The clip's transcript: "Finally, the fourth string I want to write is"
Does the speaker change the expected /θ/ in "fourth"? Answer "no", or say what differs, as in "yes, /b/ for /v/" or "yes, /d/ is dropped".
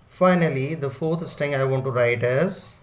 yes, /t/ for /θ/